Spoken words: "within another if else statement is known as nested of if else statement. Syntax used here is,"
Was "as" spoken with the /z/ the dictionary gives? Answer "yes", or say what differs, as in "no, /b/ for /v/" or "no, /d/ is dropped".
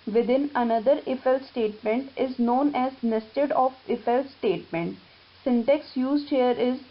yes